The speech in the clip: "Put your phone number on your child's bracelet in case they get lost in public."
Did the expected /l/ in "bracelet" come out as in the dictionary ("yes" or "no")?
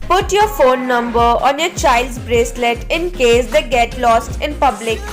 yes